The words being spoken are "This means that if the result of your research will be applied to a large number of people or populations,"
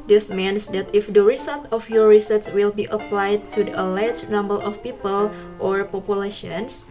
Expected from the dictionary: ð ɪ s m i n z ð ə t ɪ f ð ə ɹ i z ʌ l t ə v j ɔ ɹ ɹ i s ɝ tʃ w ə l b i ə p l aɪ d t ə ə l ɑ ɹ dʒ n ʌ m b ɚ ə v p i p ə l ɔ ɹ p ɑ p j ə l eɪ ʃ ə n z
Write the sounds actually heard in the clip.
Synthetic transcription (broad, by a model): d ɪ s m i n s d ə t ɪ f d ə ɹ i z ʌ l t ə f j ɔ ɹ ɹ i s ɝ s w ə l b i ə p l aɪ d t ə ə l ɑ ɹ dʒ n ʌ m b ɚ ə f p i p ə l ɔ ɹ p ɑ p j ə l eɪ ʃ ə n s